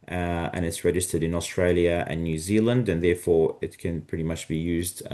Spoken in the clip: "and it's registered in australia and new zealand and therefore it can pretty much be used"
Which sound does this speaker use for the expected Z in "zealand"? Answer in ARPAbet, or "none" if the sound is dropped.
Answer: Z